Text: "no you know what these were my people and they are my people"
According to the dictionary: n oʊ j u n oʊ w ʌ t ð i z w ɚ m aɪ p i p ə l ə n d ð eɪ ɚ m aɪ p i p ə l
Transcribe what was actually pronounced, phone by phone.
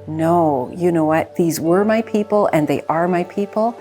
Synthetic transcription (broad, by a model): n oʊ j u n oʊ w ʌ t ð i z w ɚ m aɪ p i p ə l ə n ð eɪ ɚ m aɪ p i p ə l